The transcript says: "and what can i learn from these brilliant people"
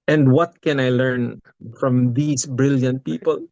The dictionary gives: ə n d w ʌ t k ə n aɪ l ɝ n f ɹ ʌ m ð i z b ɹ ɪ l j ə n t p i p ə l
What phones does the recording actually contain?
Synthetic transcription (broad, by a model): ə n d w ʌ t k ə n aɪ l ɝ n f ɹ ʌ m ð i s b ɹ ɪ l j ə n t p i p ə l